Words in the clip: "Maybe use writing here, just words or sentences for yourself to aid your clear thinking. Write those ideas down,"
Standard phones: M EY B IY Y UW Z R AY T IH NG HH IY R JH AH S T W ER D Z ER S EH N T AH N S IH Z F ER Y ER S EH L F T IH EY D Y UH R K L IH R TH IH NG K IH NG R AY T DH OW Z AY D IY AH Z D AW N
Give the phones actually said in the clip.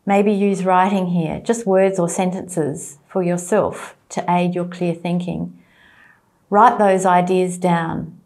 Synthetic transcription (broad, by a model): M EY B IY Y UW Z R AY T IH NG HH IY R JH AH S T W ER D Z ER S EH N T AH N S IH Z F ER Y ER S EH L F T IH EY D Y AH R K L IH R TH IH NG K IH NG R AY T DH OW Z AY D IY AH Z D AW N